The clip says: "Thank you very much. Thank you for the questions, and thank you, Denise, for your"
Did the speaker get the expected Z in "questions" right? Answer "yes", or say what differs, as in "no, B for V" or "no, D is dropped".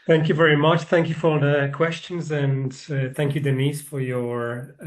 yes